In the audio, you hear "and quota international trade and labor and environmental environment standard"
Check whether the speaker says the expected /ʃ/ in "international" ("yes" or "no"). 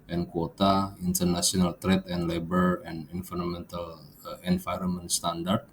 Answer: no